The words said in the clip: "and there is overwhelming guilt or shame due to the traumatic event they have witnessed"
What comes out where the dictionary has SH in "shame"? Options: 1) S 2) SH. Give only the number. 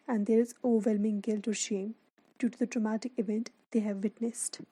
2